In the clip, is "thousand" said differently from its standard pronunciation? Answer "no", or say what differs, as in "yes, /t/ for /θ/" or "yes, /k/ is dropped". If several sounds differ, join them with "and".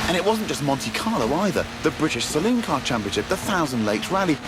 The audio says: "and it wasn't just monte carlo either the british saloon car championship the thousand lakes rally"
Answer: no